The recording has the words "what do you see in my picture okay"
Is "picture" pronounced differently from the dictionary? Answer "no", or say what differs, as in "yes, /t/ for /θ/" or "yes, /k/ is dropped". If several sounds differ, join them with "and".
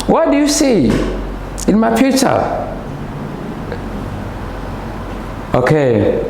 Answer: yes, /k/ is dropped